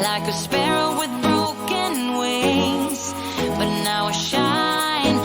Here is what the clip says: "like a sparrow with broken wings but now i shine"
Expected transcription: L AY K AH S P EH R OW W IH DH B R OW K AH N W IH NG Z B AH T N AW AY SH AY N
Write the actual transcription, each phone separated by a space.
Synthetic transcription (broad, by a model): L AY K AH S P EH R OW W IH DH B R OW K AH N W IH Z B AH T N AW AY SH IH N